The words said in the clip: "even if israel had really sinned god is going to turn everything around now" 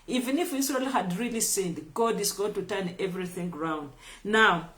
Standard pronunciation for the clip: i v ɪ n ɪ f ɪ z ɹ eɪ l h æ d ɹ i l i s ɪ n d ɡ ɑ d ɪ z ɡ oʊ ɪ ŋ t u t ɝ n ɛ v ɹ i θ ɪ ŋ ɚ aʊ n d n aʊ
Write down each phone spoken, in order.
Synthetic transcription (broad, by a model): i v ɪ n ɪ f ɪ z ɹ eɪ l h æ d ɹ i l i s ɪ n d ɡ ɑ d ɪ z ɡ oʊ ɪ ŋ t u t ɝ n ɛ v ɹ i θ ɪ ŋ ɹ aʊ n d n aʊ